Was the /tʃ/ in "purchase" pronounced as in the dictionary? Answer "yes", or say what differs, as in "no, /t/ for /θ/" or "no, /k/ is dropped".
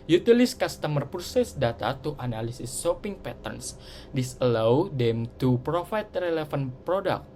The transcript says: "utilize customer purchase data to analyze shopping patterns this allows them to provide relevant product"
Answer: no, /s/ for /tʃ/